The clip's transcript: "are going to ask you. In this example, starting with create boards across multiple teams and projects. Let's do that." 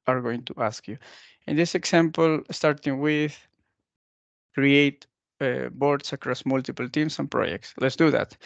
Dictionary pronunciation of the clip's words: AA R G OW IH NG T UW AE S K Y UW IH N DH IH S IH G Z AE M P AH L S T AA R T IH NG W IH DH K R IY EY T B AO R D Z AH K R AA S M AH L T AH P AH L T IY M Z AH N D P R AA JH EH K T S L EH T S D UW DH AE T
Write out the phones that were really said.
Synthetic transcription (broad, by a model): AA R G OW IH NG T UW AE S K Y UW IH N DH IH S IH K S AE M P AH L S T AA R T IH NG W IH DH K R IY EY T B AO R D S AH K R AA S M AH L T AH P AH L T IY M S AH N P R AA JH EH K T S L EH T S D UW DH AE T